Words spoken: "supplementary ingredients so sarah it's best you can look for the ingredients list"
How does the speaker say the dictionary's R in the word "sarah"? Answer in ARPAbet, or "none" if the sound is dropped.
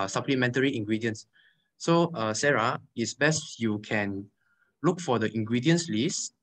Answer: R